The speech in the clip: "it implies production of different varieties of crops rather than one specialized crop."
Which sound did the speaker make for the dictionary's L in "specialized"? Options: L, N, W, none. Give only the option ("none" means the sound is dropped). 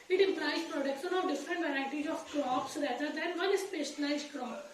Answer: N